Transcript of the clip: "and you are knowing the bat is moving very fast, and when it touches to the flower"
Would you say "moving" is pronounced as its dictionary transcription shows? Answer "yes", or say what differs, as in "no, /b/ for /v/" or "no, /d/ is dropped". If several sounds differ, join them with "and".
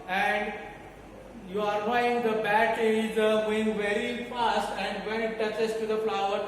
no, /v/ is dropped